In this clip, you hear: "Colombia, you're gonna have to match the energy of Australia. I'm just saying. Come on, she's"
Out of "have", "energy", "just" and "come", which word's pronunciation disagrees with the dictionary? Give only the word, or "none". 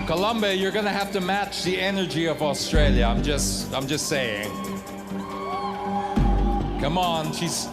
have